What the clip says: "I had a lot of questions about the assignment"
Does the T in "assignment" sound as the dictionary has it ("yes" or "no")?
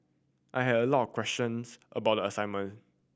no